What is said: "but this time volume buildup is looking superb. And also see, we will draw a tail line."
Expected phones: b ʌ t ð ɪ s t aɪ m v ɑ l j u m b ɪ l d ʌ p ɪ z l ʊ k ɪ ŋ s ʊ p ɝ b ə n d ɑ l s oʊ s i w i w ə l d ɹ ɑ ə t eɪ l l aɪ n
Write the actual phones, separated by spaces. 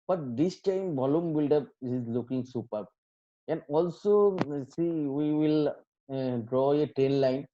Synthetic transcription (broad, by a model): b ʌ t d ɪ s t aɪ m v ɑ l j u m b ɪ l d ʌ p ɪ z l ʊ k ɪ ŋ s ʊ p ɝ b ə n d ɑ l s oʊ s i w i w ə l d ɹ ɑ ə t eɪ n l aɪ n